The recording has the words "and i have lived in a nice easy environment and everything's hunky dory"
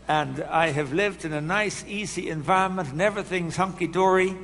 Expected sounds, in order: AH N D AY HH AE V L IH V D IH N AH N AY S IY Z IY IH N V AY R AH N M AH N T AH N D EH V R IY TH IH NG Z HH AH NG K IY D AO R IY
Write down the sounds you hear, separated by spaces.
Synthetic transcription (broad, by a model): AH N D AY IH V L IH V D IH N AH N AY S IY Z IY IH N V AY R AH N M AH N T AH N EH V R IY TH IH NG Z HH AH NG K IY D AO R IY